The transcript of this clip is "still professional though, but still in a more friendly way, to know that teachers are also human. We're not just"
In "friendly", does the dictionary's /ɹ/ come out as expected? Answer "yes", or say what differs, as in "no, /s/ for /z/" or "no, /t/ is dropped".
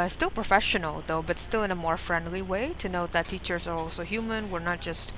yes